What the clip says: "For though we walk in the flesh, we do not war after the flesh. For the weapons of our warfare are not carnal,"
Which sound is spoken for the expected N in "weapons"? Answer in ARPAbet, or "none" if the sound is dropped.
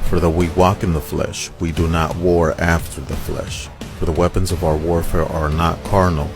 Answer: N